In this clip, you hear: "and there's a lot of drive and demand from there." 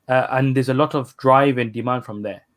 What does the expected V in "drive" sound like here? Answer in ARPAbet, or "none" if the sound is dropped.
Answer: V